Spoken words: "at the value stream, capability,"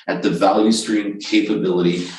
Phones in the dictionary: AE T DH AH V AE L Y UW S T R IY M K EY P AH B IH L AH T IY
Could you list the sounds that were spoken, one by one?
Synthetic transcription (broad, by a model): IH T DH AH V AE L Y UW S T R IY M K EY P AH B IH L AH T IY